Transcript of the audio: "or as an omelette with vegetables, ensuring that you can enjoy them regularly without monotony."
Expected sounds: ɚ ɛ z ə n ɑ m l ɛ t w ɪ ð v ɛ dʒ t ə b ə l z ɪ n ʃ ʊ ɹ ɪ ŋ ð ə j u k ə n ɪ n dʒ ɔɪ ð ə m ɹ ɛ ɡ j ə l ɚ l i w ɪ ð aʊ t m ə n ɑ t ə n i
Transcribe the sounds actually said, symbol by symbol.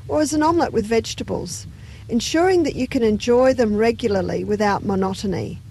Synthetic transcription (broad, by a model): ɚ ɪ z ə n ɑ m l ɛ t w ɪ ð v ɛ dʒ t ə b ə l z ɪ n ʃ ʊ ɹ ɪ ŋ ð ə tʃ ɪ k ə n ɪ n dʒ ɔɪ ð ə m ɹ ɛ ɡ j l ɚ l i w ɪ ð aʊ t m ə n ɑ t n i